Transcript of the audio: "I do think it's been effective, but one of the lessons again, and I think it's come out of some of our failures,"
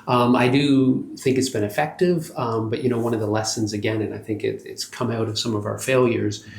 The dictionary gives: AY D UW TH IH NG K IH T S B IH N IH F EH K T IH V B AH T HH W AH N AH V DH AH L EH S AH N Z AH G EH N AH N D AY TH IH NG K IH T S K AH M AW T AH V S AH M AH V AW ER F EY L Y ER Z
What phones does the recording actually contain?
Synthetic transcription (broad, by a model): AY D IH TH IH NG K IH T S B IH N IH F EH K T IH V B AH T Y W AH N AH V DH AH L EH S AH N Z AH G EH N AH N AY TH IH NG K IH T S K AH M AW T AH V S AH M AH V AW ER F EY L Y ER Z